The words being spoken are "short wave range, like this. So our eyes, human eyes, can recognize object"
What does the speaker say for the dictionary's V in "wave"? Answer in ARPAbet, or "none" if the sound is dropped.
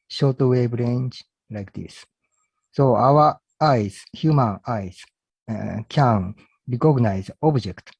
B